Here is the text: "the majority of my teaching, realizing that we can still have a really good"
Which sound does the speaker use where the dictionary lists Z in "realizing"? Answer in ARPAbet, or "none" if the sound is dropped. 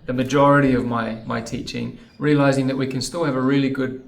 Z